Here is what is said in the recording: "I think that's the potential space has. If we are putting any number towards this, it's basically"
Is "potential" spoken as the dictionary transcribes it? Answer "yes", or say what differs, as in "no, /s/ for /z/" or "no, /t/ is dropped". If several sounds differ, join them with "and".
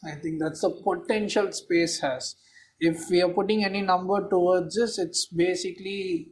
yes